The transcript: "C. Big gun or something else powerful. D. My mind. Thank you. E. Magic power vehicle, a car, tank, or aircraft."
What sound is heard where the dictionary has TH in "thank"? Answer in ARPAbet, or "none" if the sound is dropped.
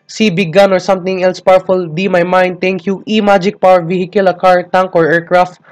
T